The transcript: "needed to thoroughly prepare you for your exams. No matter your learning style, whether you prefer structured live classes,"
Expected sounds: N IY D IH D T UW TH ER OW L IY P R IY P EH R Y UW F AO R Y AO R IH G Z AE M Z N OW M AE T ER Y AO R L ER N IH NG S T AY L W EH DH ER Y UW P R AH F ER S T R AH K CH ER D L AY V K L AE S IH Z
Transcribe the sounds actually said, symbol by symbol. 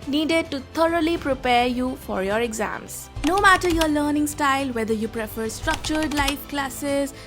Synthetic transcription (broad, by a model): N IY D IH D T UW T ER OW L IY P R IY P EH R Y UW F AO R Y AO R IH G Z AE M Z N OW M AE T ER Y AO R L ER N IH NG S T AY L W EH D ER Y UW P R AH F ER S T R AH K CH ER D L AY F K L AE S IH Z